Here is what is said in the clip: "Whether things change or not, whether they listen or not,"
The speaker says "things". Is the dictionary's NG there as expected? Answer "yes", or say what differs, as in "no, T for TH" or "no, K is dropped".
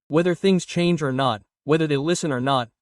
yes